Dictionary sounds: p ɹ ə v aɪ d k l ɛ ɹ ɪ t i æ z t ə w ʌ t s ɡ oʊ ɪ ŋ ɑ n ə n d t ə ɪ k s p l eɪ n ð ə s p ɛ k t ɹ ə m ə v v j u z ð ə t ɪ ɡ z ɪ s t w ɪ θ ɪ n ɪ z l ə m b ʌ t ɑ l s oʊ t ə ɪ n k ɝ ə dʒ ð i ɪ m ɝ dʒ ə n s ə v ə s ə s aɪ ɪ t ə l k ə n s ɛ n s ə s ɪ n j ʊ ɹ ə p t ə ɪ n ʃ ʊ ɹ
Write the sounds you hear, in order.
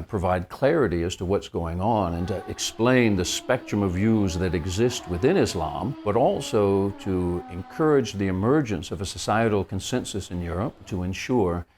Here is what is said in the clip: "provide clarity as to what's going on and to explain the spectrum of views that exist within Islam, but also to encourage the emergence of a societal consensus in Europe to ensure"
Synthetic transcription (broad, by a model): p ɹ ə v aɪ d k l ɛ ɹ ɪ t i æ z t ə w ʌ t s ɡ oʊ ɪ ŋ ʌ n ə n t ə ɪ k s p l eɪ n ð ə s p ɛ k t ɹ ə m ə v v j u z ð ə t ɪ ɡ z ɪ s t w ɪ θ ɪ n ɪ z l ə m b ʌ t ɑ l s oʊ t ə ɪ n k ɝ ə dʒ ð i ɪ m ɝ dʒ ə n s ə v ə s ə s aɪ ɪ t l k ə n s ɛ n s ə s ɪ n j ʊ ɹ ə p t ə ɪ n ʃ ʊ ɹ